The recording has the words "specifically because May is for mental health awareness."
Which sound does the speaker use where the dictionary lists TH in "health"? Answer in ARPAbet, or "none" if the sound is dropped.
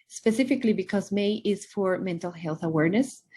TH